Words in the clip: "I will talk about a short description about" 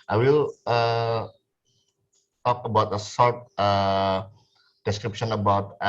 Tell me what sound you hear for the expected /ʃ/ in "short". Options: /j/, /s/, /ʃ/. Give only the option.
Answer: /s/